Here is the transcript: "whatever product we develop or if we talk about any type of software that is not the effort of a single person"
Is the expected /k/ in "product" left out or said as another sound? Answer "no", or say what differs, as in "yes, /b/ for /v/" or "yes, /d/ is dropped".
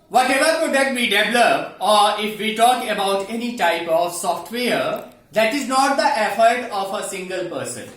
yes, /k/ is dropped